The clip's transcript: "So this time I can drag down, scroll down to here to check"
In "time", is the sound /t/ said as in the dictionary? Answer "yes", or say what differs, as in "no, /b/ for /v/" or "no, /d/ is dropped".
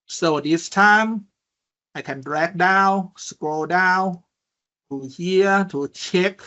yes